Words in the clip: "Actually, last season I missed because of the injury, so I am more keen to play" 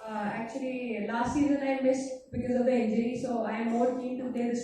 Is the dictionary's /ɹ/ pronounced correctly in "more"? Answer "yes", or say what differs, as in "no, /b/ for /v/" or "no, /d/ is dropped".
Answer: no, /l/ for /ɹ/